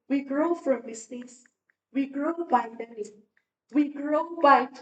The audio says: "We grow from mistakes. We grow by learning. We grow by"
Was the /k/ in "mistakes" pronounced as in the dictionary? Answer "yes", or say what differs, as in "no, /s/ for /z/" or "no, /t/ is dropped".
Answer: no, /k/ is dropped